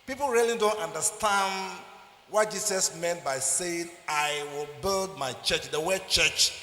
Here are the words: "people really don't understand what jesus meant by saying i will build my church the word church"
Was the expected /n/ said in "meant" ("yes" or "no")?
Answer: yes